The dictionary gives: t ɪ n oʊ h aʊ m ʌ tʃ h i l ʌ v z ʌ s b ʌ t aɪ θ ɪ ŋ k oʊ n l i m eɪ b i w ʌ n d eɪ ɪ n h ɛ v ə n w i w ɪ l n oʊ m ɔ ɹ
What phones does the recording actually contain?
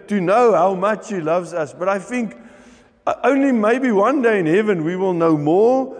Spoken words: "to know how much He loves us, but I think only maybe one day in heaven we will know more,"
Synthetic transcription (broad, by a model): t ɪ n oʊ h aʊ m ʌ tʃ h i l ʌ v z ʌ s b ʌ t aɪ θ ɪ ŋ k oʊ n l i m eɪ b i w ʌ n d eɪ ɪ n h ɛ v ə n w i w ɪ l n oʊ m ɔ ɹ